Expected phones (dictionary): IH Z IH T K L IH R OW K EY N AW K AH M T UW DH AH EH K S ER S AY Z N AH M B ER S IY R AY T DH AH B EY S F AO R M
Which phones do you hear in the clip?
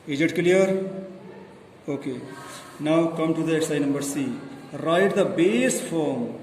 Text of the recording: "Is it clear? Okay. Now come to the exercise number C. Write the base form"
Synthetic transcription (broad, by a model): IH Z IH T K L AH R OW K EY N AW K AH M T UW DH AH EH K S S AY N AH M B ER S IY R AY T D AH B EY S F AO R M